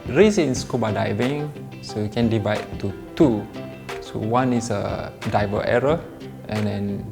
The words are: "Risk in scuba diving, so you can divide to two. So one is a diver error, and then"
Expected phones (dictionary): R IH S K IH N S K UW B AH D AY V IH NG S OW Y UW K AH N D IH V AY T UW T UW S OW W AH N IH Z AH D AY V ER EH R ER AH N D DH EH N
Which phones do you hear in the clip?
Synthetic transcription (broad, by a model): R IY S IH N S K UW B AH D AY V IH NG S OW Y UW K AH N D IH V AY T UW T UW S OW W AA N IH S AH D AY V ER EH R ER AH N D EH N